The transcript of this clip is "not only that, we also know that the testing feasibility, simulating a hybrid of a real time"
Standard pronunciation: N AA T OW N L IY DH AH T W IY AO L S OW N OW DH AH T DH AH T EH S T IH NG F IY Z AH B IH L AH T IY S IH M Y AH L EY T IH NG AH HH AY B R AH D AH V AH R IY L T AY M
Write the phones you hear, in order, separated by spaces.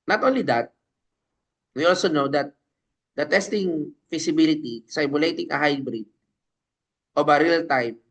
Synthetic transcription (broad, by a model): N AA T OW N L IY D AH T W IY AO L S OW N OW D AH T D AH T EH S T IH NG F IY S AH B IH L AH T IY S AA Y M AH L EY T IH NG AH HH AY B R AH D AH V AH R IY L T AY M